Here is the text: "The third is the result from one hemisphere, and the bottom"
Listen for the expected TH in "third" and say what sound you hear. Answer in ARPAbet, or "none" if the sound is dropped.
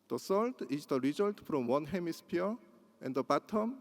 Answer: S